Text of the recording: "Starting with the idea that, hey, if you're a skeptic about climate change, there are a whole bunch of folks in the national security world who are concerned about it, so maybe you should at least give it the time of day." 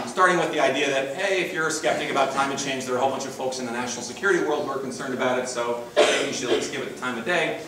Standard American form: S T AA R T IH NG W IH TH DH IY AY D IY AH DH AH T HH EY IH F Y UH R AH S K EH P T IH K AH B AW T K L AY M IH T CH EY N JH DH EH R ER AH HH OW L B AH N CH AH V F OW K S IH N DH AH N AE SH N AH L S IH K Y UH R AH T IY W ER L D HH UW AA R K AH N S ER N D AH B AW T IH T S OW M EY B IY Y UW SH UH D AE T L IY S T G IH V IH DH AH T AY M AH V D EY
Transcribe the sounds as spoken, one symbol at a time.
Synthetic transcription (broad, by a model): S T AA R T IH NG W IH DH IY AY D IY AH DH AH T HH EY IH F Y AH R S K EH P T IH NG AH B AW T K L AY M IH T CH EY N JH DH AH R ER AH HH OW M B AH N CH AH V F OW K S IH N DH AH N AE SH N L S IH K Y UH R AH T IY W ER L D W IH R K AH N S ER N D AH B AW T IH T S OW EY IY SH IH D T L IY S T G IH V IH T T AY M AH D EY